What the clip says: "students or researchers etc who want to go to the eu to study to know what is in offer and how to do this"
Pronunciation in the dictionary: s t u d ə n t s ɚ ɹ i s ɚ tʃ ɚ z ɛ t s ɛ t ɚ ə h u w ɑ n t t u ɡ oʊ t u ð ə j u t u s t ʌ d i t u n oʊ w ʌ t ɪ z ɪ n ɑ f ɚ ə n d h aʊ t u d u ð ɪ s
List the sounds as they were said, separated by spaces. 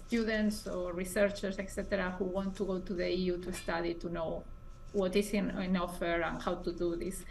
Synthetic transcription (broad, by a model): s t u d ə n t s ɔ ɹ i s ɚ tʃ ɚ s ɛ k s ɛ t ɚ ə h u w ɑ n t t u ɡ oʊ t u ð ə j u t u s t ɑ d i t u n oʊ w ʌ t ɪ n ɪ n ɑ f ɚ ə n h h aʊ t u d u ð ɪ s